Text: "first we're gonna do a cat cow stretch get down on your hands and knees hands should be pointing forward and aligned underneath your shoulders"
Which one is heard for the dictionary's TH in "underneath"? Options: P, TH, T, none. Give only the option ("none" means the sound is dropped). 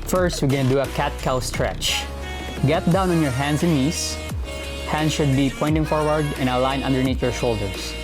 T